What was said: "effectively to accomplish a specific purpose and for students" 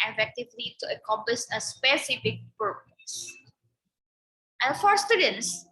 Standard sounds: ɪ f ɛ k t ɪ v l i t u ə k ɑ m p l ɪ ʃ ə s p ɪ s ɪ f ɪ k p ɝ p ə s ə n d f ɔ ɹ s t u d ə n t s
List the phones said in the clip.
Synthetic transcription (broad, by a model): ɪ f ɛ k t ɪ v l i t u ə k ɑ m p ɪ s ə s p ɪ s ɪ f ɪ k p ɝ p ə s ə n f ɔ ɹ s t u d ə n t s